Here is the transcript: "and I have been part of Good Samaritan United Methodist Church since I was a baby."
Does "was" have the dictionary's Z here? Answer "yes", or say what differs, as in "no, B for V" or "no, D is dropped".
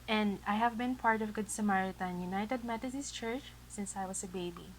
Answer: no, S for Z